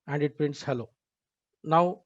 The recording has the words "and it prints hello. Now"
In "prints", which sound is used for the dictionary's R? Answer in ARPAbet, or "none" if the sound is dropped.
R